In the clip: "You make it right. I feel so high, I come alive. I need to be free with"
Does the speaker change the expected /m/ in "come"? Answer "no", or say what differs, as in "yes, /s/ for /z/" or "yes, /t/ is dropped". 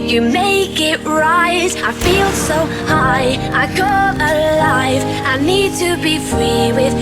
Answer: yes, /m/ is dropped